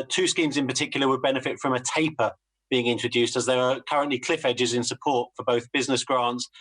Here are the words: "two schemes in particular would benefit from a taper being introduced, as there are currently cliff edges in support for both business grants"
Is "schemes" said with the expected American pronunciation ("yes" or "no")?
yes